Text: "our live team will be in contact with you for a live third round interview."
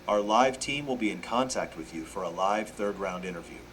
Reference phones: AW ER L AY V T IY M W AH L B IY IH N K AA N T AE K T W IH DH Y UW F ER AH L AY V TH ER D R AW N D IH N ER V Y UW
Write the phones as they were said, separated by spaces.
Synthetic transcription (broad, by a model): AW ER L AY V T IY M W AH L B IY IH N K AA N T AE K T W IH DH Y UW F ER AH L AY V TH ER D R AW N D IH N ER V Y UW